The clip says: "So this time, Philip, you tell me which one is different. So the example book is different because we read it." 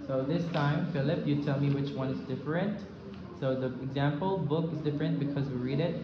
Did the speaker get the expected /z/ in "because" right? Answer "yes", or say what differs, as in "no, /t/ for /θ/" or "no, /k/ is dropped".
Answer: yes